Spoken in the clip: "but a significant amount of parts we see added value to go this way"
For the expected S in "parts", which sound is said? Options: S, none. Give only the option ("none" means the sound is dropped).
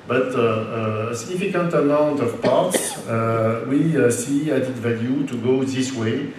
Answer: S